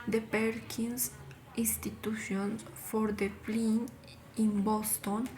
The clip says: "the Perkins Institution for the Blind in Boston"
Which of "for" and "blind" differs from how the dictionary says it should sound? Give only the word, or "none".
blind